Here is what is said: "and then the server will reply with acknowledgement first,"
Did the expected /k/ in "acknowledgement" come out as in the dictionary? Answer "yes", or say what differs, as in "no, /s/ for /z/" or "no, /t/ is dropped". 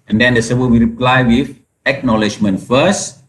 yes